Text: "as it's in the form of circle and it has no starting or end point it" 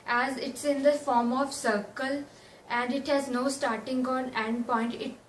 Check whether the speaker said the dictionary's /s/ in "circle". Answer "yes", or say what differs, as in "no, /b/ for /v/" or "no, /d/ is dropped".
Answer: yes